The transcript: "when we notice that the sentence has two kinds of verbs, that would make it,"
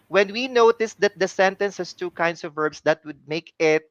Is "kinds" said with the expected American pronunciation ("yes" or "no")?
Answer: no